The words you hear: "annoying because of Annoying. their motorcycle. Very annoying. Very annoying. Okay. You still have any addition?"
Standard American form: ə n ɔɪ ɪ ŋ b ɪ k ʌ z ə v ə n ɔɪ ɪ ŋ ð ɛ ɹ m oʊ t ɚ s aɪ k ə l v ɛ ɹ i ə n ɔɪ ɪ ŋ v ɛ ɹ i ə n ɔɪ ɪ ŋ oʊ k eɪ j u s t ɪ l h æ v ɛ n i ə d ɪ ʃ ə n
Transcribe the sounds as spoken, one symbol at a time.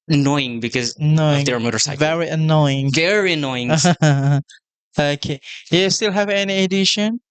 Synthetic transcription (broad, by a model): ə n ɔɪ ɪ ŋ b ɪ k ʌ z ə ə n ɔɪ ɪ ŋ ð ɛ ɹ m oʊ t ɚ s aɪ ə v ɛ ɹ i ə n ɔɪ ɪ ŋ v ɛ ɹ i ə n ɔɪ ɪ ŋ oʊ k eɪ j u s t ɪ l h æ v ɛ n i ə d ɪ ʃ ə n